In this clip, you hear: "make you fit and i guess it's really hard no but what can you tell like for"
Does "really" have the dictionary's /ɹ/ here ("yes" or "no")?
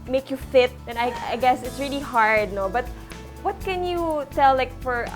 yes